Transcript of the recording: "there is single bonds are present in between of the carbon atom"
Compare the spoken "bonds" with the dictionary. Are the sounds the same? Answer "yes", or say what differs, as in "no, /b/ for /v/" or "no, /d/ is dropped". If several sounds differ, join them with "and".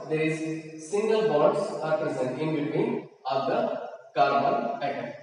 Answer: no, /n/ is dropped and /s/ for /z/